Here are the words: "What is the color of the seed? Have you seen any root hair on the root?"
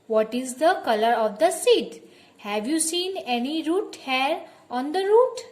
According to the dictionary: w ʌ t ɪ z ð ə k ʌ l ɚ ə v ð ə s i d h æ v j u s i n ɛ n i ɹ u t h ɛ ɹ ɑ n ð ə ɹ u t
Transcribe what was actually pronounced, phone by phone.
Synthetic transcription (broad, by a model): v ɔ t ɪ z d ə k ʌ l ɚ ə v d ə s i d h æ v j u s i n ɛ n i ɹ u t h ɛ ɹ ɑ n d ə ɹ u t